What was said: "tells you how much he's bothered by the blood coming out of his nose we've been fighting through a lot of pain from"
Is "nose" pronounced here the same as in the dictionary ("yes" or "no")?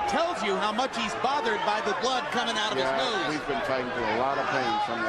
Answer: no